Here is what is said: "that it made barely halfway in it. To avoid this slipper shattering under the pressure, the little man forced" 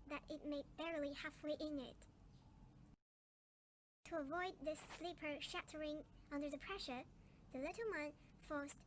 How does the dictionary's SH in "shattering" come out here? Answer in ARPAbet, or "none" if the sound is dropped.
SH